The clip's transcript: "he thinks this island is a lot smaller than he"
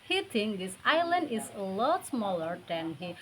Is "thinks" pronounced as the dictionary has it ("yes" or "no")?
no